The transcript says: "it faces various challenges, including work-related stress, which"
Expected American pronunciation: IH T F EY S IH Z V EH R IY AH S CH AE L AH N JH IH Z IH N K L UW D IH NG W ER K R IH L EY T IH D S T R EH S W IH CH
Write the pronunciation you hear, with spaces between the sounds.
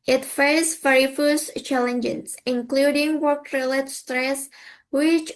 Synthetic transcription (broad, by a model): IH T F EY IH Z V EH R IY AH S CH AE L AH N JH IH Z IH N K L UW D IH NG W ER K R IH L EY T S T R EH S W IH CH